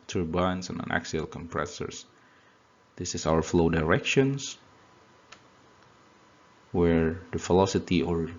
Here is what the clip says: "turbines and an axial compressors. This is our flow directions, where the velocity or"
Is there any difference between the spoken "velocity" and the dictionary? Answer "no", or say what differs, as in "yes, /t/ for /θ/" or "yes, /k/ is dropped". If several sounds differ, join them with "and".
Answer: yes, /f/ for /v/